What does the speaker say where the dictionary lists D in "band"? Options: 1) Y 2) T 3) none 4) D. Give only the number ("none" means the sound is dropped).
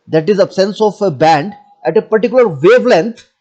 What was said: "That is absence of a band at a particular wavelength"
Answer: 4